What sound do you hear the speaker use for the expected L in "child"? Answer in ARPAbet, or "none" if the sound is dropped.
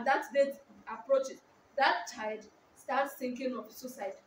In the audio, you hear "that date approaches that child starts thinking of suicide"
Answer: none